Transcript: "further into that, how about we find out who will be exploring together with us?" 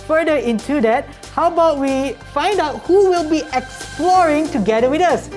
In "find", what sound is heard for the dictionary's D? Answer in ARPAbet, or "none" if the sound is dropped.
D